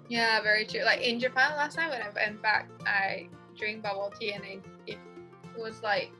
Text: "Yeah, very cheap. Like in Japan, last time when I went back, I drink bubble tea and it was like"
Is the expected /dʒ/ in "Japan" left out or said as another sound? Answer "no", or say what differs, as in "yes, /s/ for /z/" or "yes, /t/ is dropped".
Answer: no